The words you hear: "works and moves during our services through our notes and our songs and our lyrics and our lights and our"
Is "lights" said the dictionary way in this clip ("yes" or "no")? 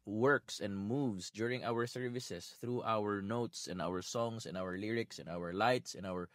yes